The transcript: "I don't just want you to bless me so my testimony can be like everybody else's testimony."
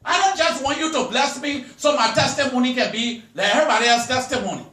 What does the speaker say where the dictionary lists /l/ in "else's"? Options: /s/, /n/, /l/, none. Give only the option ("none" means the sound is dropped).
none